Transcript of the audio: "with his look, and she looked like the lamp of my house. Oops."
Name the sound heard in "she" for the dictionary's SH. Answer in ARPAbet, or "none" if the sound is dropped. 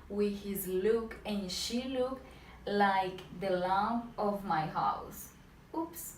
SH